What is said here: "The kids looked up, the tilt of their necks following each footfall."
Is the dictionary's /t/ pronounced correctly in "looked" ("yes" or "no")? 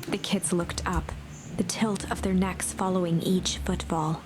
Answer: yes